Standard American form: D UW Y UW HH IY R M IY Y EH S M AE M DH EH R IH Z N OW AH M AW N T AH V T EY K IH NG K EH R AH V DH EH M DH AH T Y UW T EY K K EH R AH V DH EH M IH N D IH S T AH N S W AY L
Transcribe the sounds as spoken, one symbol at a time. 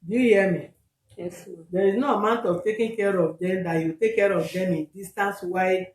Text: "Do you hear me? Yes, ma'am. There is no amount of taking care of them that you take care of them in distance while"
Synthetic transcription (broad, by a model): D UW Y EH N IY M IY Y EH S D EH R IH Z N OW AH M AW N T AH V T EY K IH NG K EH R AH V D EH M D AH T Y UW T EY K K EH R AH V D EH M IH N D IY S T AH N S W AY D